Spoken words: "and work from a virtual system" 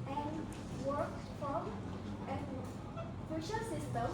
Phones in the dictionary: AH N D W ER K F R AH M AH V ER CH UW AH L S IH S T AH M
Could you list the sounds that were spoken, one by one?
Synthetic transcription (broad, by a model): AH N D W ER K F R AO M AH F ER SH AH S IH S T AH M